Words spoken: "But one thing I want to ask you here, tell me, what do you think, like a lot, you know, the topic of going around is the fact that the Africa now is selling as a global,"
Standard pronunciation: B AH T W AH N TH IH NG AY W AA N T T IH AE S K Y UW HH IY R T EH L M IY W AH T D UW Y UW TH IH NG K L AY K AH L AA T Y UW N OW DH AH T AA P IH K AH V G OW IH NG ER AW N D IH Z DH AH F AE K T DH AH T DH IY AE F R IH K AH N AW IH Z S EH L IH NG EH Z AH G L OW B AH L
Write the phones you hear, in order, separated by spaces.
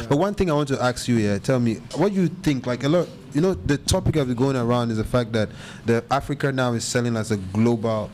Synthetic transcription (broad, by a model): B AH T W AH N TH IH NG AY W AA N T T IH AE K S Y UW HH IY T EH L M IY W AH T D Y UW TH IH NG K L AY K AH L AA T Y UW N OW DH AH T AA P IH K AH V G OW IH NG ER AW N D IH Z DH AH F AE K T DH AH T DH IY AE F R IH K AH N AW IH Z S EH L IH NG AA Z AH G L OW B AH L